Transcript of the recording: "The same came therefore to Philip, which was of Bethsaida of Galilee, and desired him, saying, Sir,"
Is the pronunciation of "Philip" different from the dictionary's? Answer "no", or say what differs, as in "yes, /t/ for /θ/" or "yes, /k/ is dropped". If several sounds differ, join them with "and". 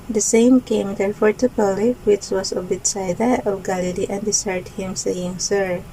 yes, /p/ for /f/